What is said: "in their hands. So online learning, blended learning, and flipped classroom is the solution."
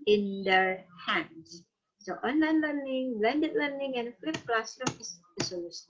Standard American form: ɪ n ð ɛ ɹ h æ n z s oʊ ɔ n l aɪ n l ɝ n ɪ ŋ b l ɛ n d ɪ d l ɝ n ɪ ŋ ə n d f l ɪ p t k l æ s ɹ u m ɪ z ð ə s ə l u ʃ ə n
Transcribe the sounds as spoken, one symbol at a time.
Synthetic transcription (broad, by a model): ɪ n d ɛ ɹ h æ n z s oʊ ɔ n l aɪ n l ɝ n ɪ ŋ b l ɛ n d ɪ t l ɝ n ɪ ŋ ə n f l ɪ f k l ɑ s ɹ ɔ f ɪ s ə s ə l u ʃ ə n